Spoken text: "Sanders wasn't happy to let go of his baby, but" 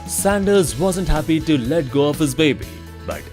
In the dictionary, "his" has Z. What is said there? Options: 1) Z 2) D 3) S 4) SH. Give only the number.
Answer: 1